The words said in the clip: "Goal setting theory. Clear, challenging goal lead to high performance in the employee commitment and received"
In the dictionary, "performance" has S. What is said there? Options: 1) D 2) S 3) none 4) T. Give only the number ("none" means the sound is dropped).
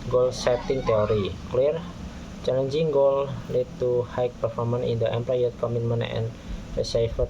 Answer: 3